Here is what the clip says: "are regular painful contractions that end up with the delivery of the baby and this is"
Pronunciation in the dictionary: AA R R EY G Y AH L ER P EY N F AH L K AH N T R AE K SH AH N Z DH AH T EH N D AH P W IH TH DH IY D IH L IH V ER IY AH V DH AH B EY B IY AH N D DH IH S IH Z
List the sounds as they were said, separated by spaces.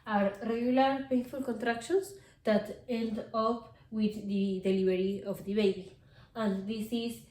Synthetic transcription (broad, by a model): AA R R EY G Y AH L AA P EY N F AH L K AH N T R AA K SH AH N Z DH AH T EH N D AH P W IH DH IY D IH L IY B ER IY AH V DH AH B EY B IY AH N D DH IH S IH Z